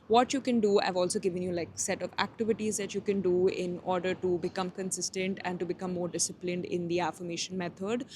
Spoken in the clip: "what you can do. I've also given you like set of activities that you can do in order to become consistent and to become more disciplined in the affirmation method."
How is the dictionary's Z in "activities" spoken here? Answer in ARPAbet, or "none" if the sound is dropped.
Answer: Z